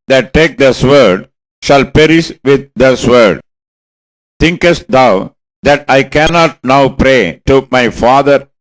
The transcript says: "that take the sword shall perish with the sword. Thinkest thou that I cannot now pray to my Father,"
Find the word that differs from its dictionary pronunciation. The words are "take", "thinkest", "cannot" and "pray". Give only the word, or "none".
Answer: thinkest